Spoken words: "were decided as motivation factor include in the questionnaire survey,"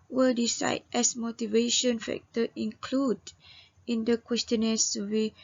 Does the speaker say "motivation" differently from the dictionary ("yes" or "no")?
no